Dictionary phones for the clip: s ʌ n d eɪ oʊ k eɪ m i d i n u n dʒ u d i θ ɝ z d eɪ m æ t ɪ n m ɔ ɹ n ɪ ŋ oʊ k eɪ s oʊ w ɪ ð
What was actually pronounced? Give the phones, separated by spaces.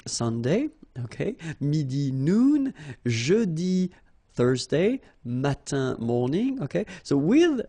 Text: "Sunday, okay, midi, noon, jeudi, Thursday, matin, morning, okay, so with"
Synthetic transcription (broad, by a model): s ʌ n d eɪ oʊ k eɪ m i d i n u n ʒ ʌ d i θ ɝ z d eɪ m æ t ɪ m ɔ ɹ n ɪ ŋ oʊ k eɪ s oʊ w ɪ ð